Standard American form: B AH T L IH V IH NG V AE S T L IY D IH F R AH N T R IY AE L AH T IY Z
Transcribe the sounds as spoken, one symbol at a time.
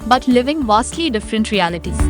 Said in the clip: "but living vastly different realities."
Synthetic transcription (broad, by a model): B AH T L IH V IH NG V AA S T L IY D IH F R AH N T R IY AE L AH T IY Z